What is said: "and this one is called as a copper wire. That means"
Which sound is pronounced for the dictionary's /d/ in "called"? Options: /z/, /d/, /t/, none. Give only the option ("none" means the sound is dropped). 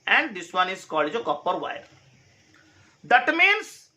none